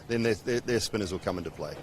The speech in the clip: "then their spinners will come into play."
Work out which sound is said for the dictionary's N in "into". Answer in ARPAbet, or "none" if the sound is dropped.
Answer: N